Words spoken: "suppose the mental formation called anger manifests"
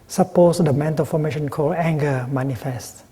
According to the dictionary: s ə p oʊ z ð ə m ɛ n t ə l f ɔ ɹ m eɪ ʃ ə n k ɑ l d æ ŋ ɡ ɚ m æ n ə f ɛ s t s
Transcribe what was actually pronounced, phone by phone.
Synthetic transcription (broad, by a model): s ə p oʊ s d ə m ɛ n t ə l f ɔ m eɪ ʃ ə n k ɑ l æ ŋ ɡ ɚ m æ n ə f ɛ s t